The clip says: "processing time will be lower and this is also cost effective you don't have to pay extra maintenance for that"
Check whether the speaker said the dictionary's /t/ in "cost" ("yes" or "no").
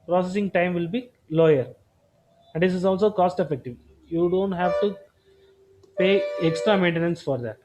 yes